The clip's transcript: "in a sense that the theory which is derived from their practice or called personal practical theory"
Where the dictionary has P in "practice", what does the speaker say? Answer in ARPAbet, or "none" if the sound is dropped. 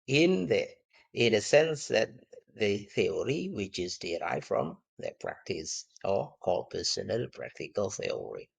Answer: P